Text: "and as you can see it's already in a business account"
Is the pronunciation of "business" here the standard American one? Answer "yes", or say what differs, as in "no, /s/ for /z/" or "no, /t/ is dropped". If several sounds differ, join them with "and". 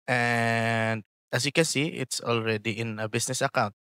no, /s/ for /z/